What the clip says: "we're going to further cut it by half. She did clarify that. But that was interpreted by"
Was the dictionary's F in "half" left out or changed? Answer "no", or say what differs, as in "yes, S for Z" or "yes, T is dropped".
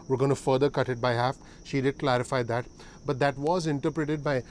no